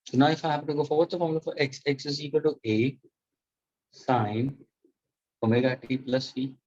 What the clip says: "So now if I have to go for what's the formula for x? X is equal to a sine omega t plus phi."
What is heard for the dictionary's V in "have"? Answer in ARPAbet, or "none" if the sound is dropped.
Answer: P